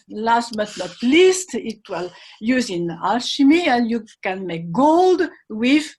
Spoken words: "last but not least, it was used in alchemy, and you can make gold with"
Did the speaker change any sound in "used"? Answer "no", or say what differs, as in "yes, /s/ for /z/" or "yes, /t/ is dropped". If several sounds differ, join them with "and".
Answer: yes, /d/ is dropped